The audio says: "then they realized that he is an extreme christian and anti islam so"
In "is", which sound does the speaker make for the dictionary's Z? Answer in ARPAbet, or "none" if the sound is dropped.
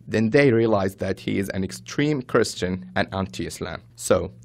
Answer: Z